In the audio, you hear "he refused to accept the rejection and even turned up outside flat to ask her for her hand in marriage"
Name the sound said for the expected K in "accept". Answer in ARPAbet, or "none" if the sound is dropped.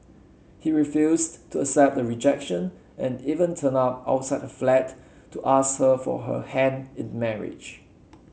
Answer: none